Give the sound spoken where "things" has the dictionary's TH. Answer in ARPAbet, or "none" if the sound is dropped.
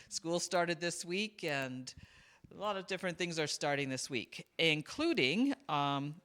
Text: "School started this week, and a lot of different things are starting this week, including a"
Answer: TH